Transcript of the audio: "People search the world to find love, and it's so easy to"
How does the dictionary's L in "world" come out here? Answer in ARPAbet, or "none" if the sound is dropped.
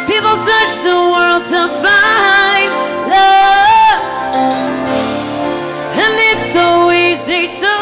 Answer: L